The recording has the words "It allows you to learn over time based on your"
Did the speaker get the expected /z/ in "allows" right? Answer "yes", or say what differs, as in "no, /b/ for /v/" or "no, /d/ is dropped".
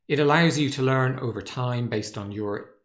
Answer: yes